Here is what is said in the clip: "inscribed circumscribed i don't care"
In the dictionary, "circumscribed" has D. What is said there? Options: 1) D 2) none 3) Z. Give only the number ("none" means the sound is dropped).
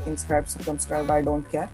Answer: 2